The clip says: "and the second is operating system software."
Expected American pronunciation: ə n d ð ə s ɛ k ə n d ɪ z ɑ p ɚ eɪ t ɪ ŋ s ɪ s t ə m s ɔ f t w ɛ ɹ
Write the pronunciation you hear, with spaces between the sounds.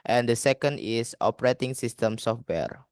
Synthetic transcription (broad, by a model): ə n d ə s ɛ k ə n d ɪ s ɑ p ɚ eɪ t ɪ ŋ s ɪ s t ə m s ɔ f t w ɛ ɹ